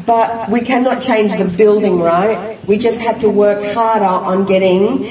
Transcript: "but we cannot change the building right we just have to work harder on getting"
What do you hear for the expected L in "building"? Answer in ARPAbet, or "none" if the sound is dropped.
L